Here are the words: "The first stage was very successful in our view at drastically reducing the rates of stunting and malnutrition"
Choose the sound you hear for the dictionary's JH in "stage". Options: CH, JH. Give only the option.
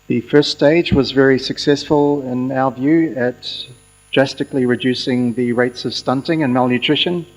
JH